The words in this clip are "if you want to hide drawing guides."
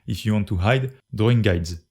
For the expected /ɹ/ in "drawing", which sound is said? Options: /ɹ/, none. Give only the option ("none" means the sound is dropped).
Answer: none